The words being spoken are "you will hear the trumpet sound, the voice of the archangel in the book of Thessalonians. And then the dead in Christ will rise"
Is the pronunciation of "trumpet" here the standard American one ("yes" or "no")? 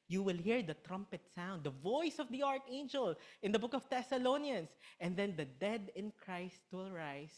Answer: yes